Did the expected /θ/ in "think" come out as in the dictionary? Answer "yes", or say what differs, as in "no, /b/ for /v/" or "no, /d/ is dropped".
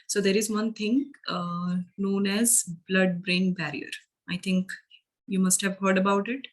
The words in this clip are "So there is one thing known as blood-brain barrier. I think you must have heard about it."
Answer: no, /t/ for /θ/